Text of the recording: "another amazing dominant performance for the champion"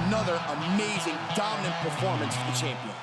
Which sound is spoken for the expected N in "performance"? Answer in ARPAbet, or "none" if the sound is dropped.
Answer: N